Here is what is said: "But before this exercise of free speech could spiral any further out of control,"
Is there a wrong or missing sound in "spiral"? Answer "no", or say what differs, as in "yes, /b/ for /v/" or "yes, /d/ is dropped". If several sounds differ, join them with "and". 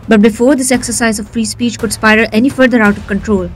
yes, /ɹ/ is dropped